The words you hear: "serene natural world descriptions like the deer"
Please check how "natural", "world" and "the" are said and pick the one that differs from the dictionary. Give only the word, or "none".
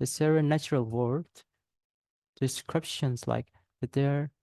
world